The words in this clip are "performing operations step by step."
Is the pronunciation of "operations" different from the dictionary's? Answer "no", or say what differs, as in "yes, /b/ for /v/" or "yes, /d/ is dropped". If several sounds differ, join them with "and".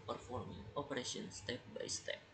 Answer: yes, /s/ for /ʃ/